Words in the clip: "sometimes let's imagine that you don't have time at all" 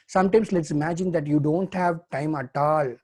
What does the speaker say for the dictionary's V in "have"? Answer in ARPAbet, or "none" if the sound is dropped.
V